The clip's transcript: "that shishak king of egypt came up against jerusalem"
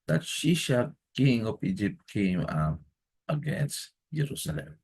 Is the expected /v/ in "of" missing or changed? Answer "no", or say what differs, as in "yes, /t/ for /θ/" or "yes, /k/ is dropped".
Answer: yes, /p/ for /v/